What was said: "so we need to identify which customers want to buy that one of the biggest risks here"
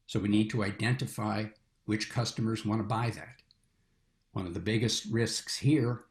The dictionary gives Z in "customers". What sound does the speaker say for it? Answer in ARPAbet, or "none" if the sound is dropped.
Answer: Z